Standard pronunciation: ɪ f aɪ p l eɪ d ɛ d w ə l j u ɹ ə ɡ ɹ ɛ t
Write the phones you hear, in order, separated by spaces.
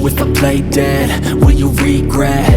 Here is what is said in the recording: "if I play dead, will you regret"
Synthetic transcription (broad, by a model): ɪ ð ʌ p l eɪ d ɛ d w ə n j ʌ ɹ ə ɡ ɹ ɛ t